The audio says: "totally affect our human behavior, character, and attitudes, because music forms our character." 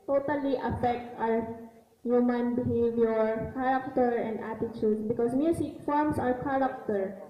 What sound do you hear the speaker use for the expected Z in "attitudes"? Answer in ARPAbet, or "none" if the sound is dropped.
S